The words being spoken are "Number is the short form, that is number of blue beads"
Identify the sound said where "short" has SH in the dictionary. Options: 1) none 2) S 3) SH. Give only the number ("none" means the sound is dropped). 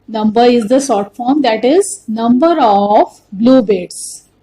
2